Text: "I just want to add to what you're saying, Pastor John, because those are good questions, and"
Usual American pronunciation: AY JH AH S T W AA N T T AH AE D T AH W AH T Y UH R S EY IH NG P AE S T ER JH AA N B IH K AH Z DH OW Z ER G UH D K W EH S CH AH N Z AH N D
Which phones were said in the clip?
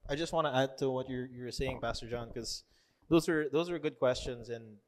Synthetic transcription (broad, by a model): AY JH AH S T W AA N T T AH AE D T AH W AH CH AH R S EY IH NG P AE S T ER JH AA N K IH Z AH Z DH OW Z ER G UH D K W EH S CH AH N Z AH N